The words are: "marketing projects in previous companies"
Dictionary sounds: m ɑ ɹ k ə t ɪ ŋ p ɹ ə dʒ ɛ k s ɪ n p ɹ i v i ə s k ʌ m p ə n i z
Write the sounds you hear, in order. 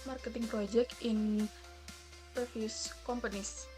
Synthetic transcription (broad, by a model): m ɑ ɹ k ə t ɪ ŋ p ɹ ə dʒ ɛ k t ɪ n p ɹ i f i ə s k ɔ m p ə n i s